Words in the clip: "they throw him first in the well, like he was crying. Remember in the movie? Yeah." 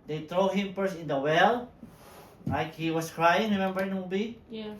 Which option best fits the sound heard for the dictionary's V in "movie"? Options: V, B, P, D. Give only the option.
B